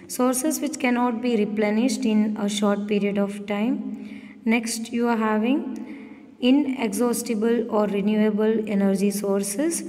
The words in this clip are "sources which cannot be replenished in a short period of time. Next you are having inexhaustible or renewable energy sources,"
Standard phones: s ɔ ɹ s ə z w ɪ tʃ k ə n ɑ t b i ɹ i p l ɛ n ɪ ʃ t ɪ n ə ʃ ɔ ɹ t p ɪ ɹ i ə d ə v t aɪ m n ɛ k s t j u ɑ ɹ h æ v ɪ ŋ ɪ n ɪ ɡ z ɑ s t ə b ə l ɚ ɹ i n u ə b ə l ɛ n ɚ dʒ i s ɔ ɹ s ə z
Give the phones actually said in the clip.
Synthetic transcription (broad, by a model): s ɔ ɹ s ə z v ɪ tʃ k ə n ɑ t b i ɹ i p l ɛ n ɪ ʃ t ɪ n ə ʃ ɔ ɹ t p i ɹ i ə d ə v t aɪ m n ɛ k s t j u ɑ ɹ h æ v ɪ ŋ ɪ n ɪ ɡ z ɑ s t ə b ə l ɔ ɹ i n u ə b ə l ɛ n ɚ dʒ i s ɔ ɹ s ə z